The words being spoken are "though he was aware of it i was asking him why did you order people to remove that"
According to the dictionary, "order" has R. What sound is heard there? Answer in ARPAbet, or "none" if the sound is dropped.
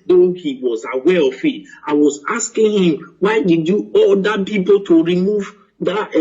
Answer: L